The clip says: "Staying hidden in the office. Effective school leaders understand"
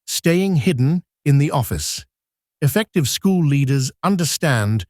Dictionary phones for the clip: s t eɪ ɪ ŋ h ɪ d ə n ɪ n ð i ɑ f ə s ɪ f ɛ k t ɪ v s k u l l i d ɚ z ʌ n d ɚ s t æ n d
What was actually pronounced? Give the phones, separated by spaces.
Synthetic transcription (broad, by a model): s t eɪ ɪ ŋ h ɪ d n ɪ n ð i ɑ f ə s ɪ f ɛ k t ɪ v s k u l l i d ɚ z ʌ n d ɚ s t æ n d